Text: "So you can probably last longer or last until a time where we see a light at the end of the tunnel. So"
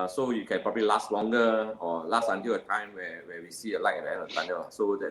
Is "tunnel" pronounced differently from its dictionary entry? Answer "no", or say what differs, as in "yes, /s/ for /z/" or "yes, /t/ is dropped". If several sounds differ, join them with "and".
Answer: yes, /n/ is dropped